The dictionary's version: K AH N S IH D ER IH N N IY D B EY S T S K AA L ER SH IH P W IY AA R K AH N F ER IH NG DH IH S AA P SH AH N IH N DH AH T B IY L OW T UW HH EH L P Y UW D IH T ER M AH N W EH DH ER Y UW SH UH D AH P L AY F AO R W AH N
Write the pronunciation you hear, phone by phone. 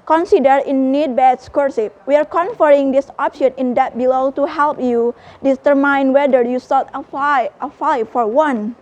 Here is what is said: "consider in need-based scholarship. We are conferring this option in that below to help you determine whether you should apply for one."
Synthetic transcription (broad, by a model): K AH N S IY D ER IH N N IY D B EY T S K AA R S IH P W IY AA R K AH N F ER IH NG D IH S AA P SH AH N IH N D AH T B IY L OW T UW HH EH L P Y UW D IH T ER M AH N W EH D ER Y UW S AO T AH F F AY F AO R W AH N